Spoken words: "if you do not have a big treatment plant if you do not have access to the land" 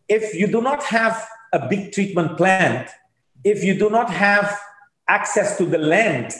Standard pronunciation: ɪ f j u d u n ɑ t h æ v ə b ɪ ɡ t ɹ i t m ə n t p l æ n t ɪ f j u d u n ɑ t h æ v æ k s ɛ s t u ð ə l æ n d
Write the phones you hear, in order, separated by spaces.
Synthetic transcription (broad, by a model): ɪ f j u d u n ɑ t h æ v ə b ɪ ɡ t ɹ i t m ə n t p l æ n t ɪ f j u d u n ɑ t h æ v æ k s ɛ s t u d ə l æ n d